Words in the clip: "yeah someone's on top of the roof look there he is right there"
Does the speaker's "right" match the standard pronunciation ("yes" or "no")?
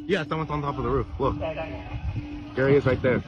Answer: no